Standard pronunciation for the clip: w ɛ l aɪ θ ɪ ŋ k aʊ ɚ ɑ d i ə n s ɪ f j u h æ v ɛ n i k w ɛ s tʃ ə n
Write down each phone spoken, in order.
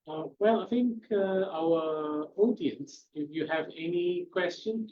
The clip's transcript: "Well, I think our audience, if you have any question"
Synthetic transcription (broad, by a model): w ɛ l aɪ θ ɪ ŋ k aʊ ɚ ɑ d i ə n s ɪ f j u h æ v ɛ n i k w ɛ s tʃ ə n